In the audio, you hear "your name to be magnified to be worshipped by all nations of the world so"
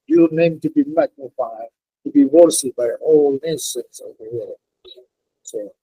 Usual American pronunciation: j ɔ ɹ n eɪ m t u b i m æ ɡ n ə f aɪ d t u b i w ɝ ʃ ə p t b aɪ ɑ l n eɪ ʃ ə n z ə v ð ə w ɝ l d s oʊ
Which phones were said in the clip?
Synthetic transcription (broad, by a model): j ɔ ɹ n eɪ m t u b i m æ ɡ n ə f aɪ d t u b i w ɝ s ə b aɪ ɑ l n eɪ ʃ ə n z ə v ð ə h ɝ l s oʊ